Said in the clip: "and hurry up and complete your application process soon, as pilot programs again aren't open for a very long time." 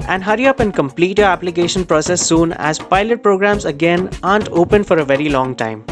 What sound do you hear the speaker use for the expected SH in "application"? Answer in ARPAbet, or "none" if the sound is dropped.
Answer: SH